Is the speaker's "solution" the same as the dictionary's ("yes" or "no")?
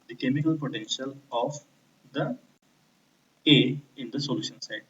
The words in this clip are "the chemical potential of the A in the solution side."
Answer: yes